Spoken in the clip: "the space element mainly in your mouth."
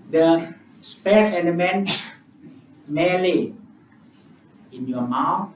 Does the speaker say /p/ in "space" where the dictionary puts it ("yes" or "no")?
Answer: yes